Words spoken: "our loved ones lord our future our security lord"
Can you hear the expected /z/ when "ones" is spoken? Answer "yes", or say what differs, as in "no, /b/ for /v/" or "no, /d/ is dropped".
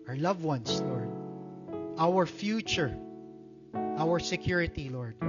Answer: no, /s/ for /z/